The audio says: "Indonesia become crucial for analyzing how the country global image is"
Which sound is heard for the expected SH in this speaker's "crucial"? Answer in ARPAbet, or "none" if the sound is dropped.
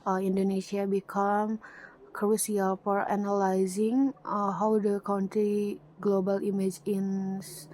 S